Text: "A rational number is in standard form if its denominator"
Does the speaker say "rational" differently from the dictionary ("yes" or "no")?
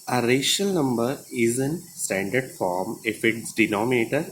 yes